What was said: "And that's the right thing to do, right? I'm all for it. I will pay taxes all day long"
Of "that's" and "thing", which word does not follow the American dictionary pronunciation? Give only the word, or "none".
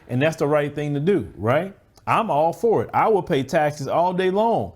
none